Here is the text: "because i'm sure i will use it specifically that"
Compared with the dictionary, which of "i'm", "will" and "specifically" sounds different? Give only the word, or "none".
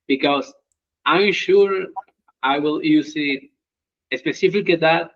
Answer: specifically